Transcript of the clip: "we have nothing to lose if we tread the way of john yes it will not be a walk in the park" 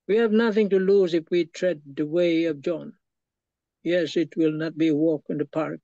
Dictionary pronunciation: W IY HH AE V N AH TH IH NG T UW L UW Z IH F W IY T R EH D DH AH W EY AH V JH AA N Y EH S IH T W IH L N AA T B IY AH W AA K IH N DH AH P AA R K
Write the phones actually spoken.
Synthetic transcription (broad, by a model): W IY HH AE V N AH TH IH NG T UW L UW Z IH F W IY T R EH D DH AH W EY AH V JH AA N Y EH S IH T W IH L N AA T B IY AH W AA K IH N DH AH P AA R K